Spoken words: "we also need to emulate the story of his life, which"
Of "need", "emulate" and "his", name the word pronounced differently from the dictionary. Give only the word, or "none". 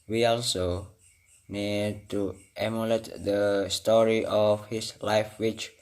his